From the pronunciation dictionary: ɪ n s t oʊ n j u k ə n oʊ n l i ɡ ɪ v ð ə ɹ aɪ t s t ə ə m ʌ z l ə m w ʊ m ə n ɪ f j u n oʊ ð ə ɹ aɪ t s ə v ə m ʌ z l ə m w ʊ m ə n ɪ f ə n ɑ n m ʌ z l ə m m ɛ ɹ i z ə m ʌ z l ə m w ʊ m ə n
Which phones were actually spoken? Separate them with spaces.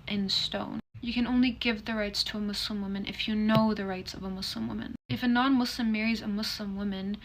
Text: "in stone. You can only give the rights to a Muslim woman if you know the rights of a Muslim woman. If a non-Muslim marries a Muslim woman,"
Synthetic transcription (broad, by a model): ɪ n s t oʊ n j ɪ k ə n oʊ n l i ɡ ɪ v ð ə ɹ aɪ t s t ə ə m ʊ s l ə m w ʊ m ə n ɪ f j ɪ n oʊ ð ə ɹ aɪ t s ə v ə m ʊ s l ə m w ʊ m ə n ɪ f ə n ɑ n m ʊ s l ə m m ɛ ɹ i z ə m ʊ s l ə m w ʊ m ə n